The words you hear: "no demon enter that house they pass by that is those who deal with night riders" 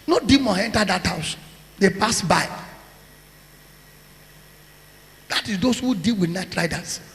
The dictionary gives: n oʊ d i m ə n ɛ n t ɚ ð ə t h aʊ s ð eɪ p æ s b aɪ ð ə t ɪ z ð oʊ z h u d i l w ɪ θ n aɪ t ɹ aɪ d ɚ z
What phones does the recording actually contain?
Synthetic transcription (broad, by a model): n oʊ d i m ə n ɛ n t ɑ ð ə t h aʊ s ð eɪ p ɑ s b aɪ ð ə t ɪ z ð oʊ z h u d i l w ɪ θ n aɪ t ɹ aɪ d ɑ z